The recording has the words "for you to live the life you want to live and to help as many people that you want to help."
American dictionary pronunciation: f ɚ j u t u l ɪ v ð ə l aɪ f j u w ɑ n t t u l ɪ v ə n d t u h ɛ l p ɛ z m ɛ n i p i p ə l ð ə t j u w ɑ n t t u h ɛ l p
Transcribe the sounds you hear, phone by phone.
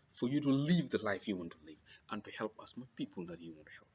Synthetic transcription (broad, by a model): f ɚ j u t u l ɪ v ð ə l aɪ f j u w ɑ n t t u l ɪ v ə n t u h ɛ l p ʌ s m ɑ i p i p ə l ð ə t j u w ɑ n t t u h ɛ l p